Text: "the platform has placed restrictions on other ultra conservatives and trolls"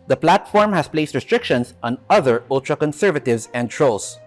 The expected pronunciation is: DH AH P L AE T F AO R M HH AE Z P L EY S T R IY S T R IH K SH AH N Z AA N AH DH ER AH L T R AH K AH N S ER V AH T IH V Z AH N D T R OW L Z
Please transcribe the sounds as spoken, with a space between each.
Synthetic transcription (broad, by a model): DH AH P L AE T F AO R M HH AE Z P L EY S T R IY S T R IH K SH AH N S AA N AH DH ER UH L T R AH K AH N S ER V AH T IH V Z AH N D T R OW L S